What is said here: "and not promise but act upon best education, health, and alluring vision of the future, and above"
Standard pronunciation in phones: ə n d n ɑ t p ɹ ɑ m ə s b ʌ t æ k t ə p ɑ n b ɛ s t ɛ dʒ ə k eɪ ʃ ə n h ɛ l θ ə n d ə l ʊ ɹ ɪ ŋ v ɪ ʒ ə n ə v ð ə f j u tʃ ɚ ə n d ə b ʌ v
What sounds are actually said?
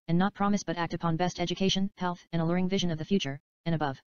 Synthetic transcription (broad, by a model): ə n n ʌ t p ɹ ɑ m ə s b ʌ t æ k t ə p ɑ n b ɛ s t ɛ dʒ ə k eɪ ʃ ə n h ɛ l θ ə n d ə l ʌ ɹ ɪ ŋ v ɪ ʒ ə n ə v ð ə f j u tʃ ɚ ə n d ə b ʌ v